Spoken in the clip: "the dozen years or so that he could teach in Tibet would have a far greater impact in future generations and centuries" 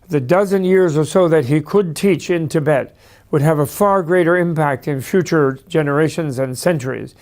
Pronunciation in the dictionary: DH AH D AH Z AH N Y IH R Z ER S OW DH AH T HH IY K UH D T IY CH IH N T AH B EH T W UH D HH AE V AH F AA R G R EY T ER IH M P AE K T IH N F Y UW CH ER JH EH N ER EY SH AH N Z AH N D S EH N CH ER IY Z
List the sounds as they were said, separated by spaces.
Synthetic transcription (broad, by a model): DH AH D AH Z AH N Y IH R Z ER S OW DH AH T HH IY K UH D T IY CH IH N T AH B EH T W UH D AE V AH F AA R G R EY T ER IH M P AE K T IH N F Y UW CH ER JH EH N ER EY SH AH N Z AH N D S EH N CH ER IY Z